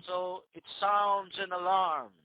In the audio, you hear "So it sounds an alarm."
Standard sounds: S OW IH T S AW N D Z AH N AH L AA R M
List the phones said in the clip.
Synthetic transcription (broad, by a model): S OW IH T S AW N D Z AH N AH L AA R M